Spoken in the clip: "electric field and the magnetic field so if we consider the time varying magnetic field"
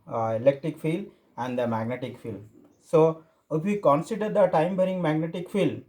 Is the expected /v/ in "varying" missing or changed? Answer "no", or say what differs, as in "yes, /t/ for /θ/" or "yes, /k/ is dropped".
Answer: yes, /b/ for /v/